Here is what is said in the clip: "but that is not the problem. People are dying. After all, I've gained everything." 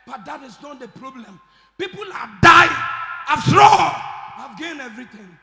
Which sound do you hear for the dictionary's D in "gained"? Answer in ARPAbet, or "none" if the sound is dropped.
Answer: none